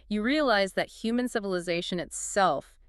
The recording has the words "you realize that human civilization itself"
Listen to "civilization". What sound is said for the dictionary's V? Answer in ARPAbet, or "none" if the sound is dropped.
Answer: V